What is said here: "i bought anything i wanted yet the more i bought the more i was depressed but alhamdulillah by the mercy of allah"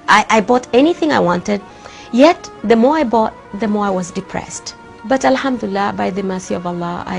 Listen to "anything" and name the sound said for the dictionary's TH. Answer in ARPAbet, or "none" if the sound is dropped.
TH